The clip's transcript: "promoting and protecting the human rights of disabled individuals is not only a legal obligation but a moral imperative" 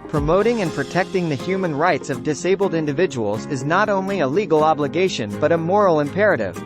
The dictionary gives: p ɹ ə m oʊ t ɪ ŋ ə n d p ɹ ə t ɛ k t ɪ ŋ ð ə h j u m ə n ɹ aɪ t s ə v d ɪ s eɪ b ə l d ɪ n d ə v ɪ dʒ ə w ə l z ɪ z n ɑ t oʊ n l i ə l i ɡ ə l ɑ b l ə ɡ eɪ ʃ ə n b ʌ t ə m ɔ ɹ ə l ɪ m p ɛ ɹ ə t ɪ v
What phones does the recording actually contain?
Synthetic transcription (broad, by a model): p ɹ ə m oʊ t ɪ ŋ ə n p ɹ ə t ɛ k t ɪ ŋ ð ə h j u m ə n ɹ aɪ t s ə v d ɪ s eɪ b l d ɪ n d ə v ɪ dʒ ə w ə l z ɪ z n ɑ t oʊ n l i ə l i ɡ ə l ɑ b l ə ɡ eɪ ʃ ə n b ʌ t ə m ɔ ɹ l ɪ m p ɛ ɹ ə t ɪ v